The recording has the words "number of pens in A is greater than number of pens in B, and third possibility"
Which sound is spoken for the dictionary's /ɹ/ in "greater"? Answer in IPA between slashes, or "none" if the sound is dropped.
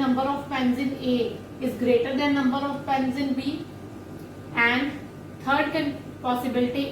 /ɹ/